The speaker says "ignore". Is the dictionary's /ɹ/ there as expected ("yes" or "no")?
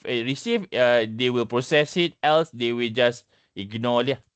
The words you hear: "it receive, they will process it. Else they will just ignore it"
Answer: no